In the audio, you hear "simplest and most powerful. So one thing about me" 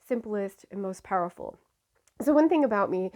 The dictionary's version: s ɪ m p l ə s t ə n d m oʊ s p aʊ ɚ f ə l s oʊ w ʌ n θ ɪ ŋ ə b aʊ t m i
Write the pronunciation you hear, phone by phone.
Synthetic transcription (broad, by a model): s ɪ m p l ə s t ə n m oʊ s p aʊ ɚ f l s oʊ w ʌ n θ ɪ ŋ ə b aʊ t m i